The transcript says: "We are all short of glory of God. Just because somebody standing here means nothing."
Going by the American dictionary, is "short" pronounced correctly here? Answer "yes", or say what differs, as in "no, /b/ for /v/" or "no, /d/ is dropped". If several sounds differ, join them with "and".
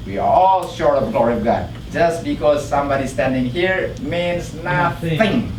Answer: yes